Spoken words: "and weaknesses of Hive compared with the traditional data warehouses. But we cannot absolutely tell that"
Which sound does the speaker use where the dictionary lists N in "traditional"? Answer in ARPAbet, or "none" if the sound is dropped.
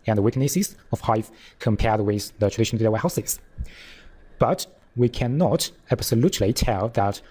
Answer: none